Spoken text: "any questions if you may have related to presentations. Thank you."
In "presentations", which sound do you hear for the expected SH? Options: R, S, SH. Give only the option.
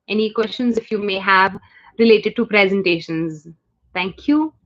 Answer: SH